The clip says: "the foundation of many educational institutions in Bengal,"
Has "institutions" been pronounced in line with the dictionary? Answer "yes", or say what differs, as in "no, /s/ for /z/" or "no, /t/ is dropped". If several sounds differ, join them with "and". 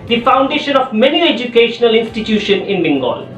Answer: no, /z/ is dropped